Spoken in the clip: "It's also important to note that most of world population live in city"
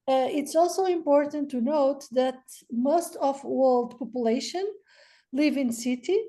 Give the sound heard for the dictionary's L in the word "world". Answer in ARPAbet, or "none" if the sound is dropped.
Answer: L